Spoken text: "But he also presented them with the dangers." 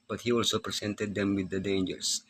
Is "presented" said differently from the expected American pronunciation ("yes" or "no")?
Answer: yes